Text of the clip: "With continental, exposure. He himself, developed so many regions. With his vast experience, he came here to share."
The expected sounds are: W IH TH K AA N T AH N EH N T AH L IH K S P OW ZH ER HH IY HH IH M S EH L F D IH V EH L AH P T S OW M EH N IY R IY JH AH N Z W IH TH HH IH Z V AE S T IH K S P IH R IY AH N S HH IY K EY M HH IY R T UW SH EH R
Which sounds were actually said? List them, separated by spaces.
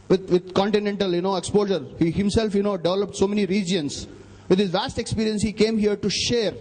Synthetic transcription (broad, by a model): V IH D K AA N T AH N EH N T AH L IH K S P OW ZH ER HH IY HH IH M S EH L F D IH V EH L AH P T S OW M EH N IY R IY JH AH N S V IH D HH IH Z V AE S T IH K S P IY R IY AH N S HH IY K EY M HH IY R T UW SH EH R